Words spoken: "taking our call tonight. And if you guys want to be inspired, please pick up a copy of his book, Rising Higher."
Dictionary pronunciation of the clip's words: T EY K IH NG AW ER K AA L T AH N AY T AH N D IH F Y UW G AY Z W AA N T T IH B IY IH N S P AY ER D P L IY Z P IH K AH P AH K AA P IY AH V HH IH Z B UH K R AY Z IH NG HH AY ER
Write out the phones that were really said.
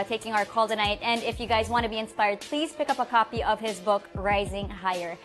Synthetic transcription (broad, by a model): T EY K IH NG AW ER K AA L T AH N AY T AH N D IH F Y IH G AY Z W AA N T T IH B IY IH N S P AY ER D P L IY Z P IH K AH P AH K AA P IY AH V IH Z B UH K R AY Z IH NG HH AY ER